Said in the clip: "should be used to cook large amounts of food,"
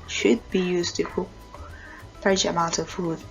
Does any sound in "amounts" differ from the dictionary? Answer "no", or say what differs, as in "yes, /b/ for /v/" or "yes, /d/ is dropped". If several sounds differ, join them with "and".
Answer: yes, /s/ is dropped